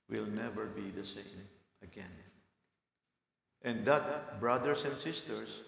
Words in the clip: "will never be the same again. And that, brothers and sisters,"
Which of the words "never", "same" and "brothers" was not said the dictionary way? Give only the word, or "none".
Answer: brothers